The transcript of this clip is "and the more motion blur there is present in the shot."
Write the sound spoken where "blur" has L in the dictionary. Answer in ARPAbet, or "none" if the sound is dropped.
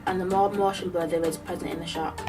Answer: none